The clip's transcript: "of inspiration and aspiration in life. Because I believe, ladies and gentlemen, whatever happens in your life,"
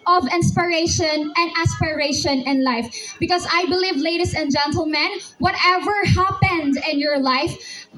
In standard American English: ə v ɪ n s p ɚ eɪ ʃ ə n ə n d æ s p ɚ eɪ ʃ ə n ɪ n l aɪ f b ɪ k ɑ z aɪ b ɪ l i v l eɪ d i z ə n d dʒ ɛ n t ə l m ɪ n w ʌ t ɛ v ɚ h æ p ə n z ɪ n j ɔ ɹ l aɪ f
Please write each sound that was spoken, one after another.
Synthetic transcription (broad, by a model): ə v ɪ n s p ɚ eɪ ʃ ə n ə n d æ s p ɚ eɪ ʃ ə n ɪ n l aɪ f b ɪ k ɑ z aɪ b ɪ l i v l eɪ d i s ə n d dʒ ɛ n t ə l m ɪ n w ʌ t ɛ v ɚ h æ p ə n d ɪ n j ɔ ɹ l aɪ f